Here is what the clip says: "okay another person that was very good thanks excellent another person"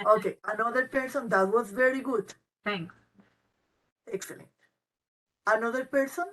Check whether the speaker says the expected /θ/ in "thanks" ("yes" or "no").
no